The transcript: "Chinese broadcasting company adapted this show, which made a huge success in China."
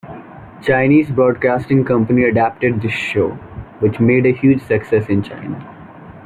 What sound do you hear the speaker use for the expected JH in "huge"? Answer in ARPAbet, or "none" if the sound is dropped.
JH